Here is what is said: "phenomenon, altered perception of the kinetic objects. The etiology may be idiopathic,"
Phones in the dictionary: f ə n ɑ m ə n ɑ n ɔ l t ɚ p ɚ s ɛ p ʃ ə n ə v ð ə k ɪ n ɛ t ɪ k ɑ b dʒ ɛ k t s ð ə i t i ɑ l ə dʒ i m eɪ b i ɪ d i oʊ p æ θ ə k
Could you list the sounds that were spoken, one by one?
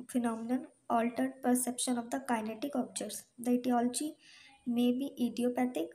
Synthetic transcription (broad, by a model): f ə n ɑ m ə n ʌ n ɔ l t ɚ p ɚ s ɛ p ʃ ə n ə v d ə k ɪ n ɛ t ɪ k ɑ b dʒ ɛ t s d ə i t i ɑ l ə dʒ i m eɪ b i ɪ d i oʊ p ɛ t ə k